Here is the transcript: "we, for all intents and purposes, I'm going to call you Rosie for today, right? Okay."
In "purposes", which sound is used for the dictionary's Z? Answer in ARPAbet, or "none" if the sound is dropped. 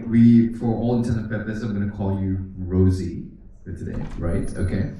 none